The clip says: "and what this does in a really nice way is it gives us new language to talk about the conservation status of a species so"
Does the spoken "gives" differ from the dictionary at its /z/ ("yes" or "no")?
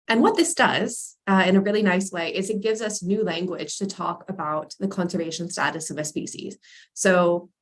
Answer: no